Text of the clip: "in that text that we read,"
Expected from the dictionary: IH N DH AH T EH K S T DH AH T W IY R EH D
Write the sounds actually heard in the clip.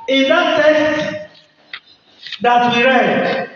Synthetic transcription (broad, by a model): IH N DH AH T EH S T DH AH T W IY R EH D